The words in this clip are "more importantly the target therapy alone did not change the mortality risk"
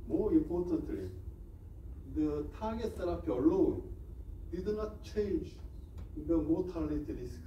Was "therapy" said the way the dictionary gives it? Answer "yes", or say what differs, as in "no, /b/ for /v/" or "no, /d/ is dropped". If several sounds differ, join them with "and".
no, /s/ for /θ/